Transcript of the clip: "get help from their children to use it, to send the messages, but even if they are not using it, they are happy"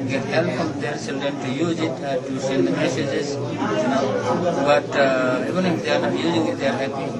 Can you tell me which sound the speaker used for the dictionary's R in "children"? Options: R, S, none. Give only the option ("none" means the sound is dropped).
none